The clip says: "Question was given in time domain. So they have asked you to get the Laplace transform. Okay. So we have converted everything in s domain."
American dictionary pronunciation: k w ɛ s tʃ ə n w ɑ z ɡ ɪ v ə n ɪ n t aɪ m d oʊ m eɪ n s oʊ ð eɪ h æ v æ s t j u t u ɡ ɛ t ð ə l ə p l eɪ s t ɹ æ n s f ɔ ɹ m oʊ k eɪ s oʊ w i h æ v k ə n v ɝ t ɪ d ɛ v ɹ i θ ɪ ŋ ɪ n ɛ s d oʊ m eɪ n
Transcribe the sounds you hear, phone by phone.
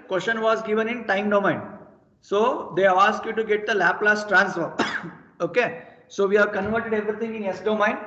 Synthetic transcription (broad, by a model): k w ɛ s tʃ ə n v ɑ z ɡ ɪ v ə n ɪ n t aɪ m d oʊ m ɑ n s oʊ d eɪ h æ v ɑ s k j u t u ɡ ɛ t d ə l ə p l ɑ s t ɹ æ n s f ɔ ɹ oʊ k eɪ s oʊ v i h æ v k ə n v ɝ t ɪ d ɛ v ɹ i t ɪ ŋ ɪ n ɛ s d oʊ m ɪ n